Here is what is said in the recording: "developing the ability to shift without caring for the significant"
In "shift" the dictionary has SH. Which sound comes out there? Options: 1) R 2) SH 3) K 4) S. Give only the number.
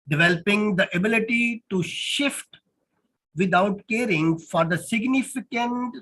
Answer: 2